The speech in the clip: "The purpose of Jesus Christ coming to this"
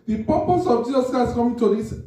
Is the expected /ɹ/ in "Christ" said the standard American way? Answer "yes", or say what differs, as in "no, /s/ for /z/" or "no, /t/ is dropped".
no, /ɹ/ is dropped